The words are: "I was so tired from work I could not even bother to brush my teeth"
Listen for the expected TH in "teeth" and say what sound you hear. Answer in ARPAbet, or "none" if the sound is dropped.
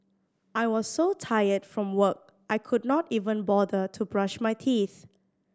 TH